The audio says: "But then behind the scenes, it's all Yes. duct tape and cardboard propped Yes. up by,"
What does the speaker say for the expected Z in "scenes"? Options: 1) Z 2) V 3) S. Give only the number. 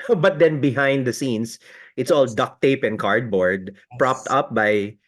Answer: 3